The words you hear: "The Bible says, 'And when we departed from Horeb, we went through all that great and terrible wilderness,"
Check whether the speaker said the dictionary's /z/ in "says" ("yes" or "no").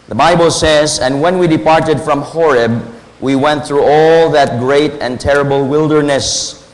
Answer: yes